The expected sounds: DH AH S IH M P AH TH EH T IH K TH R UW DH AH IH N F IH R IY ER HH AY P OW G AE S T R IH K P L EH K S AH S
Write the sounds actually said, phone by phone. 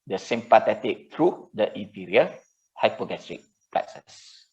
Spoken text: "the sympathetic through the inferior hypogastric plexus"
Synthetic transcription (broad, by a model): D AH S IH M P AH T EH T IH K T R UW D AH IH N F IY R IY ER HH AY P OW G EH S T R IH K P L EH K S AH S